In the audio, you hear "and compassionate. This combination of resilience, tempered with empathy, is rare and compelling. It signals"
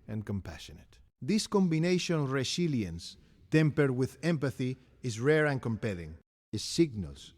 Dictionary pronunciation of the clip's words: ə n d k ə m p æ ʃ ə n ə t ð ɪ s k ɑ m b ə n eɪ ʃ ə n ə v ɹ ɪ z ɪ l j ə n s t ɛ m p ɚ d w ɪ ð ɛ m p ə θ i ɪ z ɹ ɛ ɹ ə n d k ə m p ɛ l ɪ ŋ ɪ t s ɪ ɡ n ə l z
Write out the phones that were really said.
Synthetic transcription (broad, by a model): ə n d k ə m p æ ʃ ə n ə t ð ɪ s k ɑ m b ə n eɪ ʃ ə n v ɹ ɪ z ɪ l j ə n s t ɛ m p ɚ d w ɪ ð ɛ m p ə θ i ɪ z ɹ ɛ ɹ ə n k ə m p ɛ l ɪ ŋ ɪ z s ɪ ɡ n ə l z